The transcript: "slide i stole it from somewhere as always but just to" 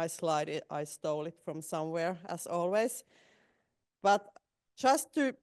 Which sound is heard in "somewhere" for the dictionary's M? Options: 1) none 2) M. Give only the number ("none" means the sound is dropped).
2